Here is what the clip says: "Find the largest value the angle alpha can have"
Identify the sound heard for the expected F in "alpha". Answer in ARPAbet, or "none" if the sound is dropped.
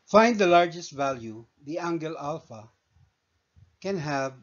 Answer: F